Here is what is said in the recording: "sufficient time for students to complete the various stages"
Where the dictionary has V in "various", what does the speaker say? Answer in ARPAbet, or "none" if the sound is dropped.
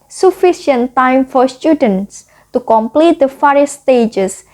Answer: F